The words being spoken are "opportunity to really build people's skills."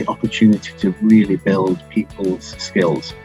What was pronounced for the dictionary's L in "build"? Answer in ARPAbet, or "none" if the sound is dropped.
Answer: L